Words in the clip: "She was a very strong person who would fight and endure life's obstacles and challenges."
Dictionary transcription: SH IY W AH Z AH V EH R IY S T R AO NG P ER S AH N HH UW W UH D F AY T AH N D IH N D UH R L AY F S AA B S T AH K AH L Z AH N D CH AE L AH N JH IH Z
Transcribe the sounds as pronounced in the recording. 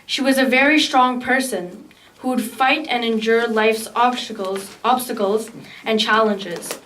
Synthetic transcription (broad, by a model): SH IY W AH Z AH V EH R IY S T R AO NG P ER S AH N HH UW W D F AY T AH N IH N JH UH R L AY F S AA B S T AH K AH L Z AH N CH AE L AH N JH IH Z